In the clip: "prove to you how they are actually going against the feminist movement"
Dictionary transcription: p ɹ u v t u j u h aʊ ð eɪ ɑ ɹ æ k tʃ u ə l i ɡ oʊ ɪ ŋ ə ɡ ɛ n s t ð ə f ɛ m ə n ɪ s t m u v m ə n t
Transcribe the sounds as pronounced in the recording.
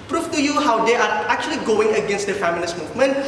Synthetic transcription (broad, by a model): p ɹ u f t u j u h aʊ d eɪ ɑ ɹ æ k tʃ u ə l i ɡ oʊ ɪ ŋ ə ɡ ɛ n s t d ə f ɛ m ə l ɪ s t m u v m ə n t